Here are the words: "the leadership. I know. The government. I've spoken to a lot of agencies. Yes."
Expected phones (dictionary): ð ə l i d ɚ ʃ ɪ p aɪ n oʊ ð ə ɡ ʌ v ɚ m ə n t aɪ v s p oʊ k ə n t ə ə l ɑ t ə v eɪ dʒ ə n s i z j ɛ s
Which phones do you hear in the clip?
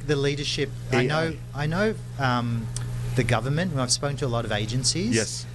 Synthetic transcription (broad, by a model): ð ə l i d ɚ ʃ ɪ p aɪ n oʊ ð ə ɡ ʌ v ɚ m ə n t aɪ v s p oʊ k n t ə ə l ɑ t ə v eɪ dʒ ə n s i z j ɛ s